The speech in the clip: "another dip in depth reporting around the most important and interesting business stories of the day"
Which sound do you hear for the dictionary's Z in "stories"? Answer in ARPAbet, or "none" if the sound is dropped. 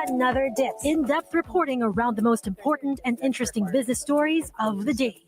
Z